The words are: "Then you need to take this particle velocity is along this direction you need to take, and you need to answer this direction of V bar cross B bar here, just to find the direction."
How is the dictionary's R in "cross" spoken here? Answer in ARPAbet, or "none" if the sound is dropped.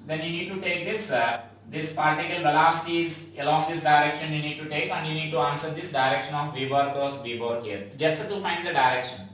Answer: none